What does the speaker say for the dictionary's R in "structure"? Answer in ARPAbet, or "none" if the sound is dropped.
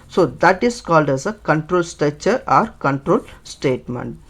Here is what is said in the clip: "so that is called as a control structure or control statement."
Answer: none